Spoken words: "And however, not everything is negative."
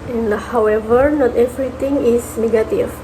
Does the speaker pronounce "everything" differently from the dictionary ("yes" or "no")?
yes